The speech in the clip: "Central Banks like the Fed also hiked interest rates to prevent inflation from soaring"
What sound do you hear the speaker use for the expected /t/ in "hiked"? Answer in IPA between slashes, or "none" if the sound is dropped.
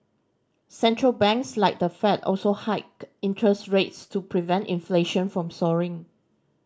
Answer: none